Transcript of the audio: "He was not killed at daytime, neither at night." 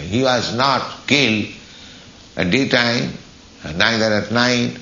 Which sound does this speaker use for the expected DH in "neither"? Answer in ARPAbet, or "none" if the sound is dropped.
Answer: none